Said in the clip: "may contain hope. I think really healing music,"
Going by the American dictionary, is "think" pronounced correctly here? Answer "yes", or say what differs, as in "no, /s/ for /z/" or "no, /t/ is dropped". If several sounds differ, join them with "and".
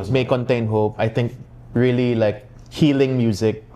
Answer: no, /t/ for /θ/